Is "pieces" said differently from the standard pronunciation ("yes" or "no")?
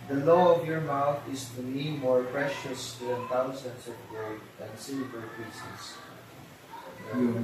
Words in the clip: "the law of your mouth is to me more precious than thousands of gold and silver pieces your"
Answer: yes